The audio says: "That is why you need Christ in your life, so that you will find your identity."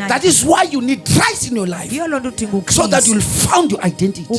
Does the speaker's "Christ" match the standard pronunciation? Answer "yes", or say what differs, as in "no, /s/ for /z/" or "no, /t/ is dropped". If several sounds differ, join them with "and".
no, /t/ is dropped